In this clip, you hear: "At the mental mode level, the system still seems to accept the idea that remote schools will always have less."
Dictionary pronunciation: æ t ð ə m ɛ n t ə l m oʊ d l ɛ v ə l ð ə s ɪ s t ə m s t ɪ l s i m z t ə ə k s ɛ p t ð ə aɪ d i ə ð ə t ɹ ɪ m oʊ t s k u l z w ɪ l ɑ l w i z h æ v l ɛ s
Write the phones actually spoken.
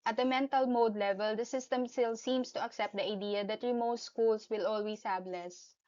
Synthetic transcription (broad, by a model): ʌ t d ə m ɛ n t ə l m oʊ d l ɛ v ə l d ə s ɪ s t ə m s t ɪ l s i m s t ə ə k s ɛ p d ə aɪ d i ə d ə t ɹ ɪ m oʊ t s k u l s w ɪ l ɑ l w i s h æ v l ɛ s